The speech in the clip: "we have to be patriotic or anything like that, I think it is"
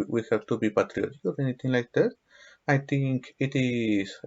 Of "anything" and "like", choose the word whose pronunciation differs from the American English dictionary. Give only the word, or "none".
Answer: anything